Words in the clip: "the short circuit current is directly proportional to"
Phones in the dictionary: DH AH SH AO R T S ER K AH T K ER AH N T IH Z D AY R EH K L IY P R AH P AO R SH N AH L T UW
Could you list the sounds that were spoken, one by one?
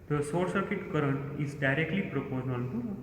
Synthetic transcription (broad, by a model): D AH S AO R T S ER K AH T K ER AH N T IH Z D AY R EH K L IY P R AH P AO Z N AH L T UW